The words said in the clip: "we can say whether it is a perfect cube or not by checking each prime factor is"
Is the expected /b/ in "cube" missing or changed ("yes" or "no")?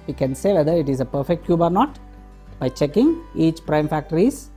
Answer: no